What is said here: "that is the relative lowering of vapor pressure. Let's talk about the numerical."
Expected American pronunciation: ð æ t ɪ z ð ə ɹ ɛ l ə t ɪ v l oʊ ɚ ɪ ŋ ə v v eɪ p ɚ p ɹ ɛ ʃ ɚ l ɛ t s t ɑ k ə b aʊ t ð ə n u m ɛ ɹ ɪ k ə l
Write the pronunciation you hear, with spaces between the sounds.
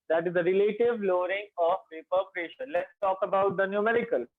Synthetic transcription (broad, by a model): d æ t ɪ z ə ɹ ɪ l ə t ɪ v l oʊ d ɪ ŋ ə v p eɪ p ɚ p ɹ ɛ ʃ ɚ l ɛ t s t ɑ k ə b aʊ t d ə n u m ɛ ɹ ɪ k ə l